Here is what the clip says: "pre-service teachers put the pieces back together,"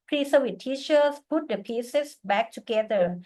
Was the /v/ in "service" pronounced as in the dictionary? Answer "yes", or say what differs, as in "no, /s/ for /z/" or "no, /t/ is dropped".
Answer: no, /w/ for /v/